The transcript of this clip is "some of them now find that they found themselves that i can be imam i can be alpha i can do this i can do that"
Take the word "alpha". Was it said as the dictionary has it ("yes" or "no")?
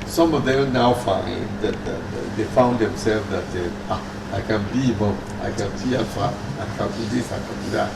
no